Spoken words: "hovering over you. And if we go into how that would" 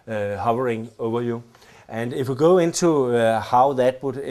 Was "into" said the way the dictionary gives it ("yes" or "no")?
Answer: no